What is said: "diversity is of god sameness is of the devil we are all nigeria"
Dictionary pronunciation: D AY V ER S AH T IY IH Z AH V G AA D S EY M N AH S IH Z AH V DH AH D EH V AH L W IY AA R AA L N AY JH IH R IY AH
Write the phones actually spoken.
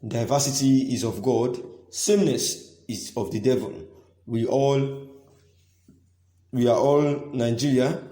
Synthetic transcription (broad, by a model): D AY V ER S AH T IY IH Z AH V G AA D S EY M N AH S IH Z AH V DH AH D EH V AH L W IY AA W AA L N AY JH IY R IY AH